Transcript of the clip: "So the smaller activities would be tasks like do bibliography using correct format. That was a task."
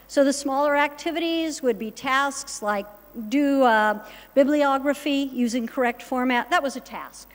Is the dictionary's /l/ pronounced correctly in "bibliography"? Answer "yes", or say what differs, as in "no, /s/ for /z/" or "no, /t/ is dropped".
yes